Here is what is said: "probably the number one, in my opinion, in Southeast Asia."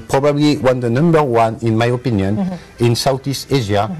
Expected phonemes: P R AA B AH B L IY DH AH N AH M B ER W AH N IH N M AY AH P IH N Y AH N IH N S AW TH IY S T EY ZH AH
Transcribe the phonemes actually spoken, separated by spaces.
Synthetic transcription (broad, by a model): P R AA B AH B L IY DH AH N AH M B ER W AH N IH N M AY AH P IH N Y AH N IH N S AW T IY S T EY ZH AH